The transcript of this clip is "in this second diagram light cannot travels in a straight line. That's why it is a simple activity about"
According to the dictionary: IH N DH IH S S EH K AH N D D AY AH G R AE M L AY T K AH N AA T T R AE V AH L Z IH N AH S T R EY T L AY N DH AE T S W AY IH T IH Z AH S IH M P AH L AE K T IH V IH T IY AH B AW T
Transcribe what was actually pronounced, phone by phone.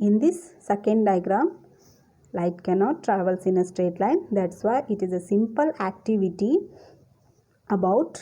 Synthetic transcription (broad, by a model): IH N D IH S S EH K AH N D D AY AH G R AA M L AY T K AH N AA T T R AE V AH L S IH N AH S T R EY T L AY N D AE T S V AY IH T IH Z AH S IH M P AH L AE K T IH V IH T IY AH B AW T